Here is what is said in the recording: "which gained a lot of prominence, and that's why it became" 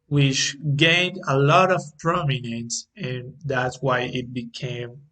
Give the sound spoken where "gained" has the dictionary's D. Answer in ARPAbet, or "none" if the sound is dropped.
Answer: D